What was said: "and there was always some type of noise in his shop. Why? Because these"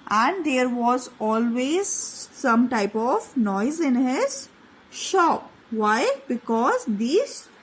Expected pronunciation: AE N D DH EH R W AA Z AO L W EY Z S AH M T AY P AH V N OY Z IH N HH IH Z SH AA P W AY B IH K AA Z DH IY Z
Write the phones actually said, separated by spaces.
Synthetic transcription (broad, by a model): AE N D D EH R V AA Z AO L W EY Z S AH M T AY P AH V N OY Z IH N HH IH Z SH AA P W AY B IH K AA Z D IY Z